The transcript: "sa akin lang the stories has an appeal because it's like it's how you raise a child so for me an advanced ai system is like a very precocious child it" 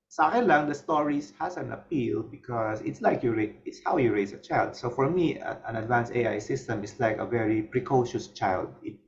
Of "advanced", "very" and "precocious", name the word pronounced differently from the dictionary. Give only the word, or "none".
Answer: advanced